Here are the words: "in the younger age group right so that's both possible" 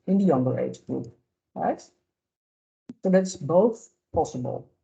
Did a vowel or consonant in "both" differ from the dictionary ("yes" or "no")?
no